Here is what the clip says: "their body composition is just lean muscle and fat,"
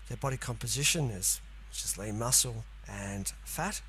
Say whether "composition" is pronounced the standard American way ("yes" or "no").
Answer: yes